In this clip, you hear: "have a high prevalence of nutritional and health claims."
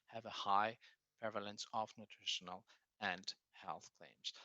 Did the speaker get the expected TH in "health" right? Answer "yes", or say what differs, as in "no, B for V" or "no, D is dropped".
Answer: yes